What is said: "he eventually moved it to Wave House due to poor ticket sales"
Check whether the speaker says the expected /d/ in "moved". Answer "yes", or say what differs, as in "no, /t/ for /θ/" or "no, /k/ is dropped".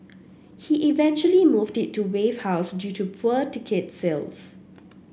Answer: yes